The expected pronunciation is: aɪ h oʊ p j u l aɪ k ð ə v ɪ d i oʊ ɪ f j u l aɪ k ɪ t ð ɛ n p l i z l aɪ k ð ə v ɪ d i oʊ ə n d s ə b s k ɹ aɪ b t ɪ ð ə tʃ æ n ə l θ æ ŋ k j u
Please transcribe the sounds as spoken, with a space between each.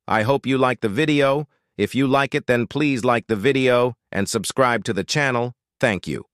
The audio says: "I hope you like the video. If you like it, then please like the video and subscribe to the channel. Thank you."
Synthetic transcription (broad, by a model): aɪ h oʊ p j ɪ l aɪ k ð ə v ɪ d i oʊ ɪ f j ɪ l aɪ k ɪ t ð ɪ n p l i z l aɪ k ð ə v ɪ d i oʊ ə n s ə b s k ɹ aɪ b t ɪ ð ə tʃ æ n l θ æ ŋ k j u